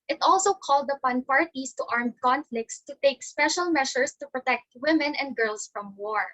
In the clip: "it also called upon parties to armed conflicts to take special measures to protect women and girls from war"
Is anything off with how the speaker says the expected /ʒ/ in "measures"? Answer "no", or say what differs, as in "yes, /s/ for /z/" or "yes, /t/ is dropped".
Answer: yes, /ʃ/ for /ʒ/